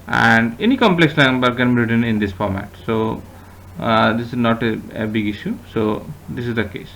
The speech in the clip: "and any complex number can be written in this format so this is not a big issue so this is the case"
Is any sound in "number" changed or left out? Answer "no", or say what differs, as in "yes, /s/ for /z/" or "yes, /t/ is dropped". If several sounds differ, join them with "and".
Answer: yes, /l/ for /n/